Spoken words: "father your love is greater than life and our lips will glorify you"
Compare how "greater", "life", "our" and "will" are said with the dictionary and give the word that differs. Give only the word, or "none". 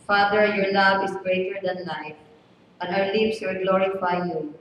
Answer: our